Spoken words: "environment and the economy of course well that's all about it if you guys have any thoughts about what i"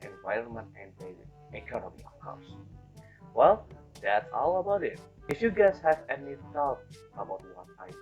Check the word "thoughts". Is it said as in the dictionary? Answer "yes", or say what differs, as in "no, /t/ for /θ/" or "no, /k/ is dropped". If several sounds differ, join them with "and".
no, /s/ is dropped